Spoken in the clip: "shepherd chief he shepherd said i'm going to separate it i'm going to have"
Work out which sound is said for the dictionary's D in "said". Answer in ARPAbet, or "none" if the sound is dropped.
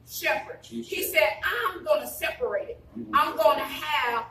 D